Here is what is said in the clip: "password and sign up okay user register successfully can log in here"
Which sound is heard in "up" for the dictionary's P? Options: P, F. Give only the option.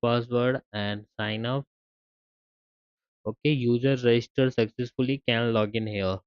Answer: F